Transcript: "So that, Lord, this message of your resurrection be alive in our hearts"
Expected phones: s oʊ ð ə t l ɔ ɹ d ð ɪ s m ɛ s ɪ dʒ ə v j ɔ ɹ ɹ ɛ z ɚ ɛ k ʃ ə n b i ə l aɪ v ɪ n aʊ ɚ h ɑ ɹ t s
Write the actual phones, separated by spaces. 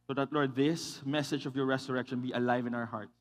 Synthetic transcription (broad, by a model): s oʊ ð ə t l ɔ ɹ d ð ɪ s m ɛ s ɪ dʒ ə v j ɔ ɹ ɹ ɛ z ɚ ɛ k ʃ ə n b i ə l aɪ v ɪ n aʊ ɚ h ɑ ɹ t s